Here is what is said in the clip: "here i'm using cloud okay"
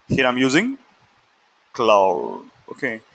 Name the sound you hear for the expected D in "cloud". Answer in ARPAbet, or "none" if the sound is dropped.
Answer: none